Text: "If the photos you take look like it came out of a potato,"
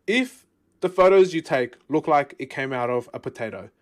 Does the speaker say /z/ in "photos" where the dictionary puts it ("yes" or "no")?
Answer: yes